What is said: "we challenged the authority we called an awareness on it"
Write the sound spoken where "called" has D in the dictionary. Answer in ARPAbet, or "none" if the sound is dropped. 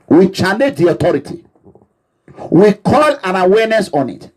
none